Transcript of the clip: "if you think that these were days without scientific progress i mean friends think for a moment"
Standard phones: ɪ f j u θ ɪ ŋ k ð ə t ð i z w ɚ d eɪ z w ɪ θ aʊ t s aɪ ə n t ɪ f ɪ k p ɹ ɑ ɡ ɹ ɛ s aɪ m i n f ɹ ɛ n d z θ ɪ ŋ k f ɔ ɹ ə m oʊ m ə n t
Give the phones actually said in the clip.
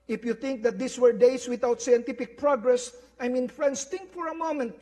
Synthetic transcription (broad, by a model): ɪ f j u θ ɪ ŋ k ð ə t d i s w ɚ d eɪ s w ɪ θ aʊ t s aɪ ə n t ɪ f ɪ k p ɹ ɑ ɡ ɹ ɛ s aɪ m i n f ɹ ɛ n d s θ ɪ ŋ k f ɔ ɹ ə m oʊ m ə n t